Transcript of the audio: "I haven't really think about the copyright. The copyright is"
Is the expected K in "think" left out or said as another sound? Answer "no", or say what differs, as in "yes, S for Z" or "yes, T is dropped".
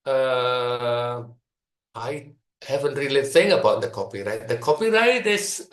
yes, K is dropped